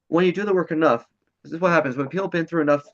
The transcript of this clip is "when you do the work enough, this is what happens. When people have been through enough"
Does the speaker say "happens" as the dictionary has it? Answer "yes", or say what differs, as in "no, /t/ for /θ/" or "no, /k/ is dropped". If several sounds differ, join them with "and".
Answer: yes